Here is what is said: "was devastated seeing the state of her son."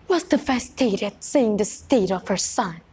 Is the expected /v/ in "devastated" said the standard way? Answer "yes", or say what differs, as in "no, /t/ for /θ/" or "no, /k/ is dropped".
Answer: no, /f/ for /v/